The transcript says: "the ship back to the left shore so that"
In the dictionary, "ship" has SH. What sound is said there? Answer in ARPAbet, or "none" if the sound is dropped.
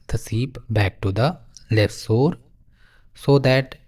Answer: S